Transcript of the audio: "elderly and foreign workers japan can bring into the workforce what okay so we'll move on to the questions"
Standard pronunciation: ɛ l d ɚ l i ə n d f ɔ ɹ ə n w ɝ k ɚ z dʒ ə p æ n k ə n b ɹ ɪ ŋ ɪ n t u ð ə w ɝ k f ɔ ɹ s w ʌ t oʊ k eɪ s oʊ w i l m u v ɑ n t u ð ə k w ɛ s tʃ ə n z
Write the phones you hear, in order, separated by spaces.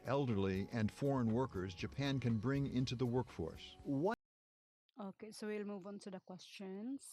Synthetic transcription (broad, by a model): ɛ l d ɚ l i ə n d f ɔ ɹ ə n w ɝ k ɚ z dʒ ə p æ n k ə n b ɹ ɪ ŋ ɪ n t u ð ə w ɝ k f ɔ ɹ s w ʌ oʊ k eɪ s oʊ w i l m u v ɑ n t u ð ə k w ɛ s tʃ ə n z